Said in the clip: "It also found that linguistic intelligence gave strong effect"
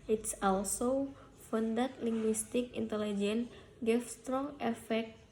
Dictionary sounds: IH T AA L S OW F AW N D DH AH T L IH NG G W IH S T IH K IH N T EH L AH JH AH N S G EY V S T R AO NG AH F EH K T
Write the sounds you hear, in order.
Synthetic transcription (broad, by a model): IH T AA L S OW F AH N D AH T L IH NG G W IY S T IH K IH N T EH L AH JH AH N G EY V S T R AO NG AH F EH K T